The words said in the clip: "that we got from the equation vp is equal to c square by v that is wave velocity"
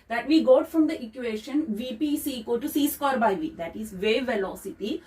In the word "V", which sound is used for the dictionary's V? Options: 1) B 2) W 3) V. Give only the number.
3